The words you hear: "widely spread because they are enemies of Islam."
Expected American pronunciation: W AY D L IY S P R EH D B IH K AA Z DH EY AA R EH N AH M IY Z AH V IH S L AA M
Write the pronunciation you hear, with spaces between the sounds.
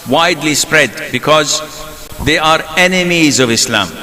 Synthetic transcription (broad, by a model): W AY D L IY S P R EH D B IH K AA Z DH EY AA R EH N AH M IY Z AH V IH S L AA M